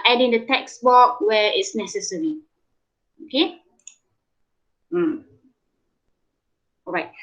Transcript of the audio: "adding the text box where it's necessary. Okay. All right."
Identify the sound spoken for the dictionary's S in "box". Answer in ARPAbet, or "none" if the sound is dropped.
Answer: none